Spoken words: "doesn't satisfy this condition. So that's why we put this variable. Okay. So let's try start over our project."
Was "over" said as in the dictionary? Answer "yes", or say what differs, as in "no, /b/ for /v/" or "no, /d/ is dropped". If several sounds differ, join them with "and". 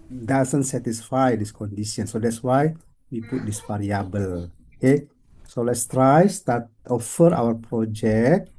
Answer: no, /f/ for /v/